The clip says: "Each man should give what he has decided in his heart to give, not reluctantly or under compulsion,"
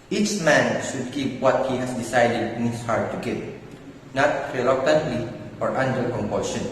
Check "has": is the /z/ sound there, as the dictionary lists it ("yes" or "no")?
no